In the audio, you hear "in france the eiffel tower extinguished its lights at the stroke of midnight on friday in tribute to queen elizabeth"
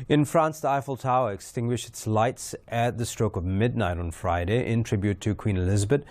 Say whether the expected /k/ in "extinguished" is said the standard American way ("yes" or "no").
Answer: yes